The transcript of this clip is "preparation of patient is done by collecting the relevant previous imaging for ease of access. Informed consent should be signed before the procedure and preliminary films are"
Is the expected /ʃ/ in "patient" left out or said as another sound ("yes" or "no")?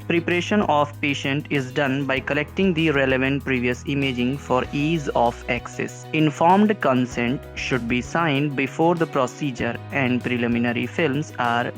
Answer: no